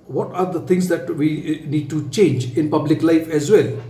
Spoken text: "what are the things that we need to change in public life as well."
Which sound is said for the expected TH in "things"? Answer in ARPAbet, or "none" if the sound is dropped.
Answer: T